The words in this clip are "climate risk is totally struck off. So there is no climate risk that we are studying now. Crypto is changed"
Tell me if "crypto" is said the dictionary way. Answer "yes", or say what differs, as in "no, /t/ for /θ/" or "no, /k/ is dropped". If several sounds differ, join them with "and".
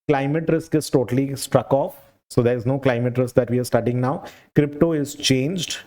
yes